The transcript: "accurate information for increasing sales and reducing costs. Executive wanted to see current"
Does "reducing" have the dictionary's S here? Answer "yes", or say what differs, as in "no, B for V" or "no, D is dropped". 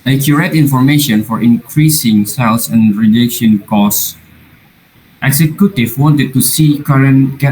no, SH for S